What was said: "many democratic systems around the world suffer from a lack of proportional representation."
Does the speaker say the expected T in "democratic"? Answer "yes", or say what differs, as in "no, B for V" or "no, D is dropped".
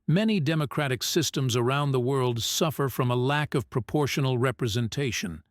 yes